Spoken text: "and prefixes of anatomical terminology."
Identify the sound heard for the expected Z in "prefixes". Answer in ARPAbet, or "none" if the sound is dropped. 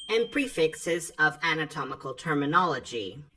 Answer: Z